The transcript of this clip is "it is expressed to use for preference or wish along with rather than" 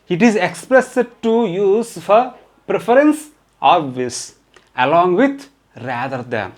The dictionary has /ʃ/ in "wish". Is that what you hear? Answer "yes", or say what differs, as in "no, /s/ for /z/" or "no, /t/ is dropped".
no, /s/ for /ʃ/